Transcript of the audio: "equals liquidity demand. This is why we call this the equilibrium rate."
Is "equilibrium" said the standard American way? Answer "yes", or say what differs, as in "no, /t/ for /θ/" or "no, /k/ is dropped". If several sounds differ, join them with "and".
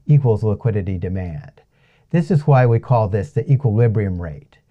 yes